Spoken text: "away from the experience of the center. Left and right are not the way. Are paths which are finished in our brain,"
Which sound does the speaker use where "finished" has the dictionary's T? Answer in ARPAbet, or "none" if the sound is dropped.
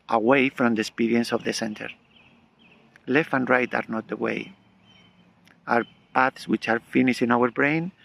none